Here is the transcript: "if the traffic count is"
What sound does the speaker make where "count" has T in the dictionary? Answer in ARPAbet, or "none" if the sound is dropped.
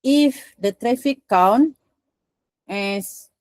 none